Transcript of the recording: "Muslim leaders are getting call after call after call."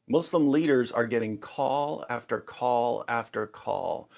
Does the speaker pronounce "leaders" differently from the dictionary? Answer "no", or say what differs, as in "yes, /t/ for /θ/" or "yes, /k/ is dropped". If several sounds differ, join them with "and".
no